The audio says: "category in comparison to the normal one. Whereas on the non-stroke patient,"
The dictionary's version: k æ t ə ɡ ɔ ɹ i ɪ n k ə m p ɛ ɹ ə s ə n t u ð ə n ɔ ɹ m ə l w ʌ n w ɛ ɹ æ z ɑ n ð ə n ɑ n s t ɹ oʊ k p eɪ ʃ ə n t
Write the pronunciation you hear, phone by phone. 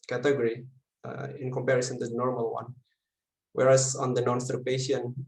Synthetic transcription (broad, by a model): k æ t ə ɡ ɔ ɹ i ɪ n k ə m p ɛ ɹ ə s ə n t u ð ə n ɔ ɹ m ə l w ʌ n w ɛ ɹ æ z ɑ n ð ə n ɑ n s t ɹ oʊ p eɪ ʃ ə n